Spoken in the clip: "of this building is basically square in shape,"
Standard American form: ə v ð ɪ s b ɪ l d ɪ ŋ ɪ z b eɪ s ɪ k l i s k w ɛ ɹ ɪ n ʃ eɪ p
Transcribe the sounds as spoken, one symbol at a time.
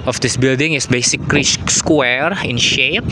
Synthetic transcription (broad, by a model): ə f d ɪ s b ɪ l d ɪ ŋ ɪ s b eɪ s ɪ k l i s k w ɛ ɹ ɪ n ʃ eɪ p